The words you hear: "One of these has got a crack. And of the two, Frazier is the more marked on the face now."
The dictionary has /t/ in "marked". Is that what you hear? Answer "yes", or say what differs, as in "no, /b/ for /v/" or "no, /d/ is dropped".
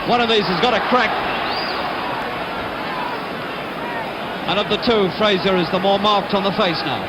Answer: yes